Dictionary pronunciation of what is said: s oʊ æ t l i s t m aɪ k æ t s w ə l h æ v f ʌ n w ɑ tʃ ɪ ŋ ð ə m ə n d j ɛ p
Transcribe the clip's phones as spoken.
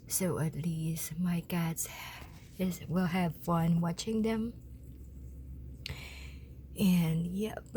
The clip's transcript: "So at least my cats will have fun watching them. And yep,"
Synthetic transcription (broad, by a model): s oʊ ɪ t l i s t m aɪ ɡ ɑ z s w ə l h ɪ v f ʌ n w ɑ tʃ ɪ ŋ ð ə m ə n j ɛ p